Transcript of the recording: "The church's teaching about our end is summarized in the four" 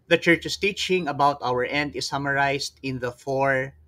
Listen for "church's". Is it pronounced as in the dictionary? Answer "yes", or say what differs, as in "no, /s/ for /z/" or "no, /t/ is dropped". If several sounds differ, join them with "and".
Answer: no, /s/ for /z/